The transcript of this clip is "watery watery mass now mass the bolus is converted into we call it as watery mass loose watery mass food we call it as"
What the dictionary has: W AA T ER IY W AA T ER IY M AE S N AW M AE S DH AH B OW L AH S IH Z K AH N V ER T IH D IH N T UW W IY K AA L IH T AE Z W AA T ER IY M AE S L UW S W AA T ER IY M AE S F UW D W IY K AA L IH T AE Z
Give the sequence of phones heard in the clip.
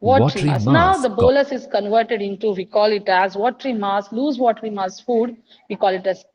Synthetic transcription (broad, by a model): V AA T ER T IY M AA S N AW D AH B OW L AH S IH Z K AH N V ER T IH D IH N T UW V IY K AA L IH T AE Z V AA T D IY M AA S L UW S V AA T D IY M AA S F UW D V IY K AA L IH T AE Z